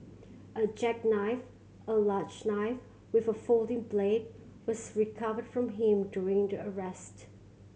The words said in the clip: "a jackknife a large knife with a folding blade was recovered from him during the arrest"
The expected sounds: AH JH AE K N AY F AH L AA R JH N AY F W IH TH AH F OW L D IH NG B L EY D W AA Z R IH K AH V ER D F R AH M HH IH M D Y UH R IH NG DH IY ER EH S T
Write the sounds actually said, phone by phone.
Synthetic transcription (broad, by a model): AH JH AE K N AY F AH L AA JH N AY F W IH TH AH F OW L D IH NG B L EY D W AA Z R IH K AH V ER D F R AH M HH IH M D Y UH R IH NG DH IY ER EH S T